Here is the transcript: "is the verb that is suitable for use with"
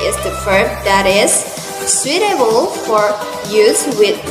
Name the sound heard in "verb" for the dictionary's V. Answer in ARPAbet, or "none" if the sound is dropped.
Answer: F